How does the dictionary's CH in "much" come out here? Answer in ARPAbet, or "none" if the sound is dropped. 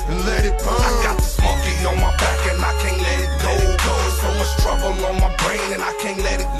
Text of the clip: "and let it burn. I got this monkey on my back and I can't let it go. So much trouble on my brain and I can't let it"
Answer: S